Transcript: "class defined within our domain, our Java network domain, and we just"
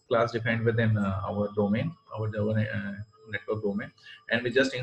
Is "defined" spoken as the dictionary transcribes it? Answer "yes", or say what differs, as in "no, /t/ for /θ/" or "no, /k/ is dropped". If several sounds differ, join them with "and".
no, /p/ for /f/